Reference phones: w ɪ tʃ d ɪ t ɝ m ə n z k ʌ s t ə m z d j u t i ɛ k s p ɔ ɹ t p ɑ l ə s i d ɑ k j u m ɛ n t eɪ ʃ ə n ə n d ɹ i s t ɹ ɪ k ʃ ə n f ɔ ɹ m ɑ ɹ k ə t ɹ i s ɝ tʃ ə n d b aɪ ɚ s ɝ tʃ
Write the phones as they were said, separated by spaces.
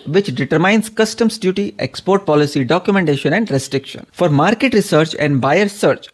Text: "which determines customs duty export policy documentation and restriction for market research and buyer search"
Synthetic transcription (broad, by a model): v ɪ tʃ d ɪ t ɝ m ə n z k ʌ s t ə m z d j u t i ɛ k s p ɔ ɹ t p ɑ l ə s i d ɑ k j u m ɛ n t eɪ ʃ ə n ə n d ɹ i s t ɹ ɪ k ʃ ə n f ɔ ɹ m ɑ ɹ k ə t ɹ i s ɝ tʃ ə n d b aɪ ɚ s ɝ tʃ